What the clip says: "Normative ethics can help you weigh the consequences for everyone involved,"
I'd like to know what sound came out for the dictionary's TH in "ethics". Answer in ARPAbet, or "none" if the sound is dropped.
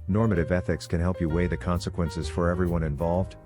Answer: TH